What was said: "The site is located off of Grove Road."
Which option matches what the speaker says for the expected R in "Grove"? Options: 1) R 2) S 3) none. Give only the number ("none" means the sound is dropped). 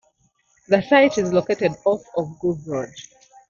3